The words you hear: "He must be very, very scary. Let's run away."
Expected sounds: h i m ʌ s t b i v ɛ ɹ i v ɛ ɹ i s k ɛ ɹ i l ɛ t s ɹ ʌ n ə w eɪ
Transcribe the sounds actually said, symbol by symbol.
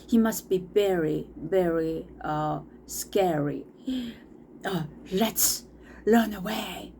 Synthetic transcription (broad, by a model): h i m ʌ s t b i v ɛ ɹ i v ɛ ɹ i s k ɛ ɹ i l ɛ t s l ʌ n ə w eɪ